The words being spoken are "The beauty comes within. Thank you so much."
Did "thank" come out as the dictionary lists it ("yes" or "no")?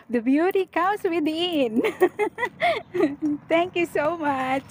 no